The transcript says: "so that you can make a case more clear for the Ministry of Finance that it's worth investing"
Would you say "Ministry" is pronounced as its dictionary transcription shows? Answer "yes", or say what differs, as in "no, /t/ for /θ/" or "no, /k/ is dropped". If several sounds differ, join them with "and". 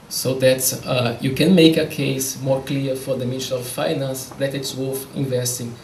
no, /ɹ/ is dropped